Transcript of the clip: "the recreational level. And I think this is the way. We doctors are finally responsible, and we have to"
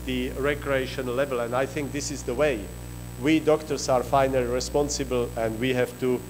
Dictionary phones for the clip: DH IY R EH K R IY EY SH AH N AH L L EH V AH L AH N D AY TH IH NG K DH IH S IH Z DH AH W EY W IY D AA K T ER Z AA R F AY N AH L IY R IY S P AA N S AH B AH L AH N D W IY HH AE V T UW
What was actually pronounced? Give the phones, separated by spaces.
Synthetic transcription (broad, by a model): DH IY R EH K R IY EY SH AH N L L EH V AH L AH N D AY TH IH NG K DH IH S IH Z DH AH W EY W IY D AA K T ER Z AA R F AY N AH L IY R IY S P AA N S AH B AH L AH N D W IY HH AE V T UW